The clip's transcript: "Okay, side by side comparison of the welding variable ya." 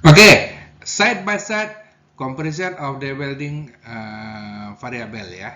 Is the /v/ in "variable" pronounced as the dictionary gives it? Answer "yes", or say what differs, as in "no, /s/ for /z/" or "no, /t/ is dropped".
no, /f/ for /v/